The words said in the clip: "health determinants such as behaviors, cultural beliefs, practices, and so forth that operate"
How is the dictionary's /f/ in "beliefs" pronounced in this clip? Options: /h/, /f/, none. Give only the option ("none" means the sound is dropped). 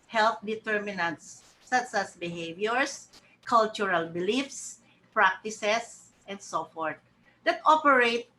/f/